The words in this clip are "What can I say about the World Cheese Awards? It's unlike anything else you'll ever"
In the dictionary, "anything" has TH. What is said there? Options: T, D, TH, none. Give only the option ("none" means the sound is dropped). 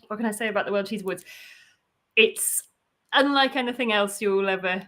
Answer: TH